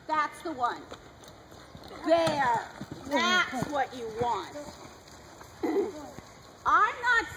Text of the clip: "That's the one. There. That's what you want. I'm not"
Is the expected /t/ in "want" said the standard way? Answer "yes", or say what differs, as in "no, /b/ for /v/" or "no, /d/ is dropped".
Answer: yes